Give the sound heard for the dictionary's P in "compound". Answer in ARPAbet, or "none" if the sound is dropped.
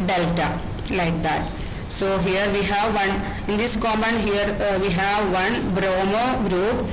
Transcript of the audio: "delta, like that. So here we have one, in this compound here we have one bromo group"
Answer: none